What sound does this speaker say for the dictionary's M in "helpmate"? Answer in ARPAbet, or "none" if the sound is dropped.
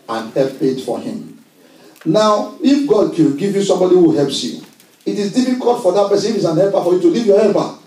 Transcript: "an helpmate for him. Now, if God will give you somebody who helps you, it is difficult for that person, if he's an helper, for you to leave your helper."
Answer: none